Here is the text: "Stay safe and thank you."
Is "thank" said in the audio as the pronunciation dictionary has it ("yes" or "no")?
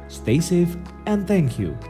yes